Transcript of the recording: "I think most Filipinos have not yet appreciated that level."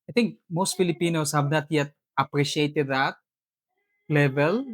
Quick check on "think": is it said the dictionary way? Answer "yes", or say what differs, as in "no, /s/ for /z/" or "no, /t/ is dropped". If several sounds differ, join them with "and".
no, /t/ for /θ/